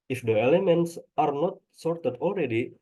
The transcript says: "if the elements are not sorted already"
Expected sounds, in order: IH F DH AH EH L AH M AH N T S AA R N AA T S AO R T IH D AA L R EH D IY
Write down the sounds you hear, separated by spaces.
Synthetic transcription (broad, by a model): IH F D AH EH L AH M AH N T S AA R N AA T S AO R T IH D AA L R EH D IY